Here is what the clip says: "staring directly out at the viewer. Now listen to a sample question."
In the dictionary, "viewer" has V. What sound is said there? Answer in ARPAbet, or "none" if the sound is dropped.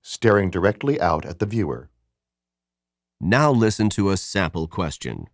V